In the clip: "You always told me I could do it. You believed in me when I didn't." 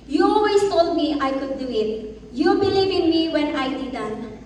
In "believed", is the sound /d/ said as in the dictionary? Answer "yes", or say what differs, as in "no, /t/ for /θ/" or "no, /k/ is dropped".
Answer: no, /d/ is dropped